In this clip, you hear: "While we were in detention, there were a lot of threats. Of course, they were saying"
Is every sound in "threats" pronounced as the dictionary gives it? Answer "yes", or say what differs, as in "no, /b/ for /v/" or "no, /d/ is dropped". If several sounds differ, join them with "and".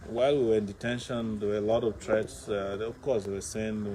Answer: no, /t/ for /θ/ and /s/ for /t/